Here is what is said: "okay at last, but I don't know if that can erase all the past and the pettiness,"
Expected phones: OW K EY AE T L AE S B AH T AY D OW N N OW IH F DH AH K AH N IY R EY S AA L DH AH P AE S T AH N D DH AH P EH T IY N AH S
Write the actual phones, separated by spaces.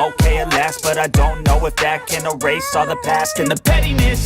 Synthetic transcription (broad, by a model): OW K EY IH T L AE S B AH T AY D OW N N OW IH F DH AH K AH N IY R EY S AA DH AH P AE S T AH N DH AH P EH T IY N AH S